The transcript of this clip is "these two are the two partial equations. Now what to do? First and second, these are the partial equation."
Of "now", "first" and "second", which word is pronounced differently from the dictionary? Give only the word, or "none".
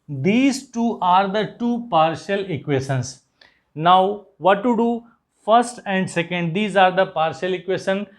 none